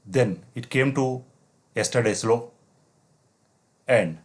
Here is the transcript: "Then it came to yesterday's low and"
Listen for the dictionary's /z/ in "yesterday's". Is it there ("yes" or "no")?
no